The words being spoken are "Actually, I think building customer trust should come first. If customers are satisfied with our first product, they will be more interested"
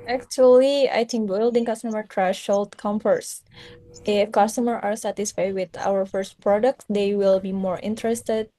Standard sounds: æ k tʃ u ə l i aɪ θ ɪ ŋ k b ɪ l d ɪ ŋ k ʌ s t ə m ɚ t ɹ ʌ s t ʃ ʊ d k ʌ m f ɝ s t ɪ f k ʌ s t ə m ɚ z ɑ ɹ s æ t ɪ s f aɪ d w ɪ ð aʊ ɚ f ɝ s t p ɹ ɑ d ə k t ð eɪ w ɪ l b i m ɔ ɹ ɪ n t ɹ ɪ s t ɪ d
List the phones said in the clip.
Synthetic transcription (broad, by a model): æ k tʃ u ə l i aɪ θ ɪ ŋ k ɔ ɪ l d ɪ ŋ k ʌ s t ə m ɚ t ɹ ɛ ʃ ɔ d k ʌ m f ɝ s t ɪ f k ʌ s t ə m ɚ ɑ ɹ s æ t ɪ s f aɪ d w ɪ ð aʊ ɚ f ɝ s t p ɹ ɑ d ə k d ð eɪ w ɪ l b i m ɔ ɹ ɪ n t ɹ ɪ s t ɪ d